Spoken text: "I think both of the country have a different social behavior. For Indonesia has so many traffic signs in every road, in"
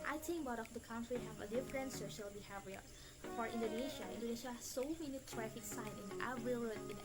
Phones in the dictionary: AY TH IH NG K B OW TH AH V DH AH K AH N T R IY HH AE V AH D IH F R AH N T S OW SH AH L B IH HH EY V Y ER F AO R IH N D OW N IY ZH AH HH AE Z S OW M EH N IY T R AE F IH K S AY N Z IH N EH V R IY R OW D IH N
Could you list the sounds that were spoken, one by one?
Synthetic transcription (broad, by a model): AY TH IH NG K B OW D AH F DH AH K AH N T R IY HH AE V AH D IH F R AH N T S OW SH AH L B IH HH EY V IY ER F AO R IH N D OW N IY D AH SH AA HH S OW M EH N IY T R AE F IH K S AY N IH N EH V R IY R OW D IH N